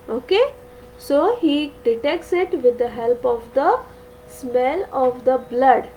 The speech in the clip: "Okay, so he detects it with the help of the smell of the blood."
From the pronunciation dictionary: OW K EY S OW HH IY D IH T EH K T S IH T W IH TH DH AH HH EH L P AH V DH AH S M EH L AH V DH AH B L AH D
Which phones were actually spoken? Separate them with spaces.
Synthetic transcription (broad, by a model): OW K EY S OW HH IY D IH T EH K T S IH T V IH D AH HH EH L P AH V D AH S M EH L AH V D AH B L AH D